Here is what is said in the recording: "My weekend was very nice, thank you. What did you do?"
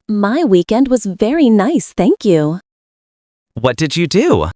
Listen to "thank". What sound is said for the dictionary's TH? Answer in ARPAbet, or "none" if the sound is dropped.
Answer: TH